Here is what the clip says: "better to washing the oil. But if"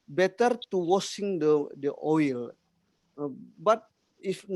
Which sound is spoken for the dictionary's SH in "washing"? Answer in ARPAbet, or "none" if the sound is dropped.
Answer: S